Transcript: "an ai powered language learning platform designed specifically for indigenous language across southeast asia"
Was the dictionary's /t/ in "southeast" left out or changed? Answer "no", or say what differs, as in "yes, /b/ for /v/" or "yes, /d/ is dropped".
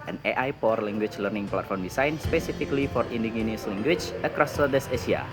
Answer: yes, /t/ is dropped